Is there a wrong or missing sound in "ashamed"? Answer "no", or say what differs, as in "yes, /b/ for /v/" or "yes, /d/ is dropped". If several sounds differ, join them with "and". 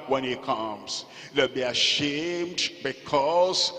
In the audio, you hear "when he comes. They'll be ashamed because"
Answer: no